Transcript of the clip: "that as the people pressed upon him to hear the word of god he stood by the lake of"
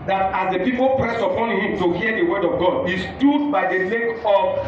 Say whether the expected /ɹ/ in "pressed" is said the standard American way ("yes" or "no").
yes